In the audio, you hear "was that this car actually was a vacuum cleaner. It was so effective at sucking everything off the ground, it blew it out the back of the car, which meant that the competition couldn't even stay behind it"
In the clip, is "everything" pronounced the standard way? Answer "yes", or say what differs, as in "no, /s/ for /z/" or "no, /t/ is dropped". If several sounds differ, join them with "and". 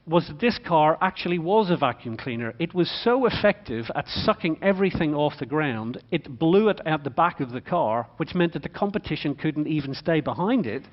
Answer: yes